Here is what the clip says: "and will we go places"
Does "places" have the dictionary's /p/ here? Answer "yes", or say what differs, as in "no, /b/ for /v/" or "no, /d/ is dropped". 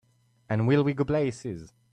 no, /b/ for /p/